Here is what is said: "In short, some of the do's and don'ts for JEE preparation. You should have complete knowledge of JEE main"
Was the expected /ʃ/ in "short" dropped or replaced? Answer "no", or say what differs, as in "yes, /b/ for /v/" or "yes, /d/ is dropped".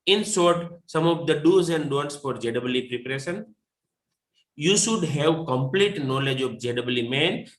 yes, /s/ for /ʃ/